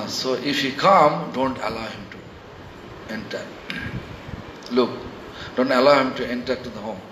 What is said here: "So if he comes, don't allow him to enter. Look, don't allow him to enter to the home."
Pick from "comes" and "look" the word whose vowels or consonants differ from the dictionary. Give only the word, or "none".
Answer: comes